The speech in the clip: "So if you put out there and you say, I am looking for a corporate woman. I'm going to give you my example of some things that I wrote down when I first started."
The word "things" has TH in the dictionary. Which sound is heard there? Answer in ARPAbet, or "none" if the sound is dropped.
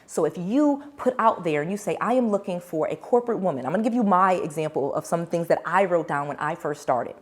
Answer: TH